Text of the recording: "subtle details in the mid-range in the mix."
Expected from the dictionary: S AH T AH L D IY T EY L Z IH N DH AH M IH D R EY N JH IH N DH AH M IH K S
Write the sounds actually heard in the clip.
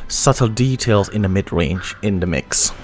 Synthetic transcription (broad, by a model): S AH T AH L D IY T EY L Z IH N DH AH M IH D R EY N JH IH N DH AH M IH K S